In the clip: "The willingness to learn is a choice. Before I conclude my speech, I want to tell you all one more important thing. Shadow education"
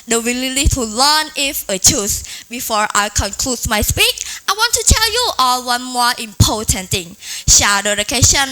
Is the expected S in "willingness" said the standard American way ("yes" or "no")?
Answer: no